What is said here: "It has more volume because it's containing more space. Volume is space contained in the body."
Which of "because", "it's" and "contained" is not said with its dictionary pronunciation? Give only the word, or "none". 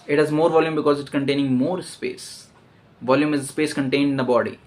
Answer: none